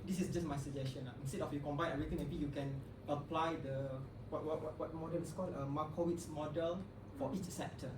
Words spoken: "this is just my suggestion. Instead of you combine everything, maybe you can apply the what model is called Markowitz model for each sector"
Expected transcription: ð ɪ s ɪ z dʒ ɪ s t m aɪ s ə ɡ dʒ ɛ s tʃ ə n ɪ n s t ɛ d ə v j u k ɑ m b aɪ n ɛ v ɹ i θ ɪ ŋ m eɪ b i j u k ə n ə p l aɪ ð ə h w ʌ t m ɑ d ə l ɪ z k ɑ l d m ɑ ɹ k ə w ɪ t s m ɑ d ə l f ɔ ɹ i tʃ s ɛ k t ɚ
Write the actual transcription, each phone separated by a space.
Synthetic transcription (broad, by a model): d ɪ s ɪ s dʒ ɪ s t m aɪ s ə dʒ ɛ s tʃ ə n ɪ n s t ɛ d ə f j u k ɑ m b aɪ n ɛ ɹ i t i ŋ m eɪ b i j u k ə n ə p l aɪ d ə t w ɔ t m ɑ d ə l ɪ s k ɑ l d m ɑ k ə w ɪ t s m ɑ d ə l f ɔ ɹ i tʃ s ɛ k t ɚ